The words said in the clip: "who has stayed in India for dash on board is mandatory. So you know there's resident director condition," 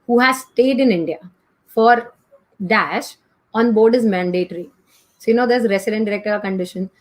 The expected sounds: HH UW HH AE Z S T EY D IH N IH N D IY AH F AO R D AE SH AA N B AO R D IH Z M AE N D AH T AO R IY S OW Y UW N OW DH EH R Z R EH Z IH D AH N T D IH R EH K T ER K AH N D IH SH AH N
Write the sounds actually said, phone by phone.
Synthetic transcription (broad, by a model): HH UW HH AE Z S T EY D IH N IH N D IY AH F AO R D AE SH AA N B AO R D IH Z M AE N D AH T R IY S OW Y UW N OW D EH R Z R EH S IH D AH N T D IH R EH K T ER K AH N D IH SH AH N